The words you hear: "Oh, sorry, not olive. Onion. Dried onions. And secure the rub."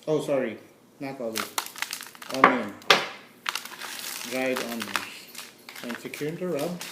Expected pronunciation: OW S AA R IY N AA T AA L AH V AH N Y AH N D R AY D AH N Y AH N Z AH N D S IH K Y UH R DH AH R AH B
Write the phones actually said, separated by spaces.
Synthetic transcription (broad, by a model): OW S AA R IY N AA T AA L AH AH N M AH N D R AY D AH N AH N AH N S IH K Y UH R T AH R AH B